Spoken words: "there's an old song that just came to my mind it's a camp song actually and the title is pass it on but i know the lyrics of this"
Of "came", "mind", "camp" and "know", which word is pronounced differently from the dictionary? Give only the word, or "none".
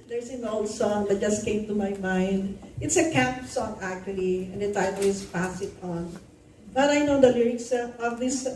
none